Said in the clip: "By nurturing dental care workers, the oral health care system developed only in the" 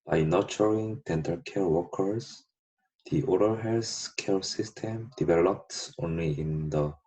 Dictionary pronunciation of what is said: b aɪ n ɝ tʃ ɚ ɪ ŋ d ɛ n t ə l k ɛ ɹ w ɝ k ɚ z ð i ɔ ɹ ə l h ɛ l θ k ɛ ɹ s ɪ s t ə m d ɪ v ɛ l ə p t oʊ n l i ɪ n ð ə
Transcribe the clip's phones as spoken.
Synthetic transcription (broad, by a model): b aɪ n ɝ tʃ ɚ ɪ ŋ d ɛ n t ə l k ɛ ɹ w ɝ k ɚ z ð i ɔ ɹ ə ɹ h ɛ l s k ɛ ɹ s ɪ s t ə m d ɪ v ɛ l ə p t oʊ n l i ɪ n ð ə